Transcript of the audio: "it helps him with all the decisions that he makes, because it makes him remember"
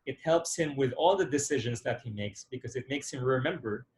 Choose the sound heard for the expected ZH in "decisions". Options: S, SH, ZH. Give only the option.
ZH